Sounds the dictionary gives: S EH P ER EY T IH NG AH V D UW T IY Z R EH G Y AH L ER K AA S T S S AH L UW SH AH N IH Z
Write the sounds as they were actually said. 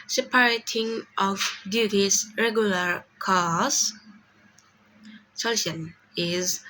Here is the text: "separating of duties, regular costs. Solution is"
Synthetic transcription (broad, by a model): S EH P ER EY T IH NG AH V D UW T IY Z R EH G Y AH L ER K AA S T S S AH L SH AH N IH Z